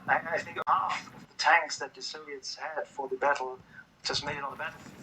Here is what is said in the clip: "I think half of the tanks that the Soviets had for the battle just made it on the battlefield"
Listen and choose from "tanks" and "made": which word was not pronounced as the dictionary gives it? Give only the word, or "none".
none